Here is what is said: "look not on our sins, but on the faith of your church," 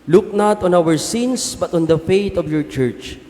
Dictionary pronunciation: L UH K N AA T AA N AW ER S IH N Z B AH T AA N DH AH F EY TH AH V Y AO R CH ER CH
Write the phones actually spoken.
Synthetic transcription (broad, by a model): L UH K N AA T AA N AW ER S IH N S B AH T AA N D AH F EY T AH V Y AO R CH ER CH